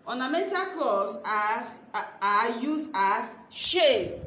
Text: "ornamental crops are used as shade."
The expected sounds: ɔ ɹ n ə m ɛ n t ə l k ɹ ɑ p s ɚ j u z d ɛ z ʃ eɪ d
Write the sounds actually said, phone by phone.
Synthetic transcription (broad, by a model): ɔ n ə m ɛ n t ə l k l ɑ b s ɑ j u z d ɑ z ʃ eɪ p